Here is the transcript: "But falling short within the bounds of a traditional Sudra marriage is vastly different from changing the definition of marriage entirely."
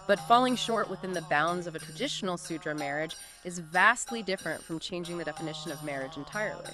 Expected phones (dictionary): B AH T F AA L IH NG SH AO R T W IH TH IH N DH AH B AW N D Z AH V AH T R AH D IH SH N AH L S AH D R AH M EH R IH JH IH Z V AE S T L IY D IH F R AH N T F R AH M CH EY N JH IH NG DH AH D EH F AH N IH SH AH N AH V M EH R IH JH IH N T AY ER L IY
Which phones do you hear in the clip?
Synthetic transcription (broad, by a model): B AH T F AA L IH NG SH AO R T W IH TH IH N DH AH B AW N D Z AH V AH T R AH D IH SH N L S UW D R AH M EH R IH JH IH Z V AE S T L IY D IH F R AH N T F R AH M CH EY N JH IH NG DH AH D EH F AH N IH SH AH N AH V M EH R IH JH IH N T AY ER L IY